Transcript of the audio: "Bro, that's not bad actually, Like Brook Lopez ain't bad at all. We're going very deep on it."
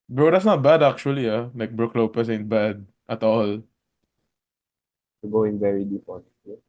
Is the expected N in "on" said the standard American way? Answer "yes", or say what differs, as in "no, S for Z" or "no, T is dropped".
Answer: no, L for N